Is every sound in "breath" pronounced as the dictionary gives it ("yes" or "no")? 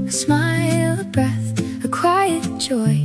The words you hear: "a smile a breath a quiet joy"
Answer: yes